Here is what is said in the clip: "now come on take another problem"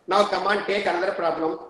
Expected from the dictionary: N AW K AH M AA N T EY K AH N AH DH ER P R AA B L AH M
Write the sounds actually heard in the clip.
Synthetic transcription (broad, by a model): N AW K AH M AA N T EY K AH L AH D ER P R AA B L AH M